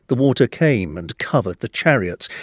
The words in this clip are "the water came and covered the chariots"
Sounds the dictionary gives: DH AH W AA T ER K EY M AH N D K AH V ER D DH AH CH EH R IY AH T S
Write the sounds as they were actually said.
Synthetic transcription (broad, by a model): DH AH W AA T ER K EY M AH N K AH V ER D DH AH CH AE R IY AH T S